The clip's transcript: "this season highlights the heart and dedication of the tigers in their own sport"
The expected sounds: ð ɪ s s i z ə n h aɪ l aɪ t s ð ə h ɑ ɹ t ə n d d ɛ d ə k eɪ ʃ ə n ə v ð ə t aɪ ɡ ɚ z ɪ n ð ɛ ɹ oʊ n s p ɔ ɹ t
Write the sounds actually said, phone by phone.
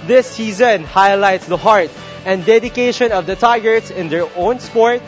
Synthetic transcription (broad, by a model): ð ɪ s s i z ə n h aɪ l aɪ t s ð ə h ɑ ɹ t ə n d d ɛ d ə k eɪ ʃ ə n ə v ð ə t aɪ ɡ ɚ s ɪ n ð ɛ ɹ oʊ n s p ɔ ɹ t